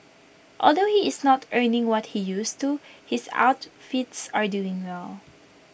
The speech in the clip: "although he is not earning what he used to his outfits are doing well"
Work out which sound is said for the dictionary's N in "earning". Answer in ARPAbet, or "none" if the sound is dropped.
N